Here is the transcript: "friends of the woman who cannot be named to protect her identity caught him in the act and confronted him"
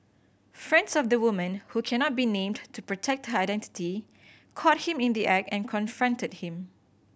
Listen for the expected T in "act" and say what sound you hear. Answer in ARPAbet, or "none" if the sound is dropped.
none